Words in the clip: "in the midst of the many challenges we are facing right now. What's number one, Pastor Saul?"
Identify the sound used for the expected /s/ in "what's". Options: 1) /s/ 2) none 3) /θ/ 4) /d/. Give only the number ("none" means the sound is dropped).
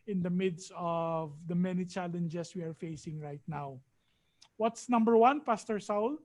1